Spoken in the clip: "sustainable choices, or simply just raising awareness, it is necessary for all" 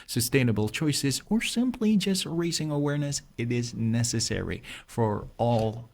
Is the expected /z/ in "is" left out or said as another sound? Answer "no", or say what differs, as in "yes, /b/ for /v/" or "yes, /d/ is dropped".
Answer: no